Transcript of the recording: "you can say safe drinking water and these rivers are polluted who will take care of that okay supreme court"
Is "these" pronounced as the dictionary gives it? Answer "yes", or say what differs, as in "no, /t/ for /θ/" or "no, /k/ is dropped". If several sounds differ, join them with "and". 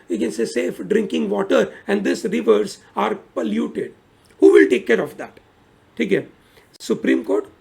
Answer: no, /s/ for /z/